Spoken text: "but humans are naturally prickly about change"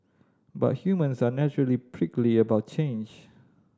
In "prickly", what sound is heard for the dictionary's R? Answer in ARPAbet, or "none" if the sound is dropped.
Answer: R